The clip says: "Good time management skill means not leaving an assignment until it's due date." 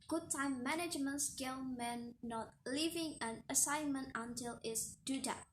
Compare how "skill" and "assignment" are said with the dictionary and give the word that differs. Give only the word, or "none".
none